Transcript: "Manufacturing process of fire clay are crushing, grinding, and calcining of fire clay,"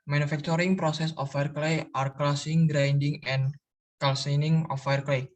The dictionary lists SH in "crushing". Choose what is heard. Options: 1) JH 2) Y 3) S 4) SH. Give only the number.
3